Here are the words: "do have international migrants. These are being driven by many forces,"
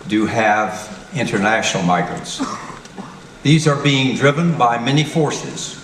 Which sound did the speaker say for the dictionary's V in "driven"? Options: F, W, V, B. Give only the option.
V